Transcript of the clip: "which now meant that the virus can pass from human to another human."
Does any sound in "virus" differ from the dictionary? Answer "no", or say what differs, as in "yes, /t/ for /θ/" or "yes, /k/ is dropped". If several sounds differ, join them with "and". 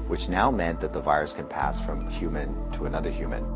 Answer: no